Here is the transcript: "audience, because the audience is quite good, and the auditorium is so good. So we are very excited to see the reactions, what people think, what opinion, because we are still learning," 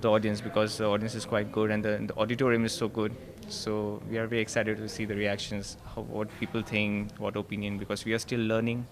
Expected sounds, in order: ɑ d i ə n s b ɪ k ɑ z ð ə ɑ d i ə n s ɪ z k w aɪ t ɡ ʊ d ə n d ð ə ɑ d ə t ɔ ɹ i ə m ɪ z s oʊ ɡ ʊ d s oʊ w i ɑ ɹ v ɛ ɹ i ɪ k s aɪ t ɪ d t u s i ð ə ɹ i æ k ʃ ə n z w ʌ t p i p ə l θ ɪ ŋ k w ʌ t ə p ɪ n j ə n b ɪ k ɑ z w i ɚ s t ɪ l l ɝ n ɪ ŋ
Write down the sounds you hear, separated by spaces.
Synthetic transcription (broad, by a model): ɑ d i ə n s b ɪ k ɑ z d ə ɑ d i ə n s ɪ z k w aɪ t ɡ ʊ d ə n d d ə ɑ d ə t ɔ ɹ i ə m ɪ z s oʊ ɡ ʊ d s oʊ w i ɑ ɹ v ɛ ɹ i ɪ k s aɪ t ɪ d t u s i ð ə ɹ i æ k ʃ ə n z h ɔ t p i p ə l t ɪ ŋ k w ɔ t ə p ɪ n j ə n b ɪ k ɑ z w i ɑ s t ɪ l l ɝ n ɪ ŋ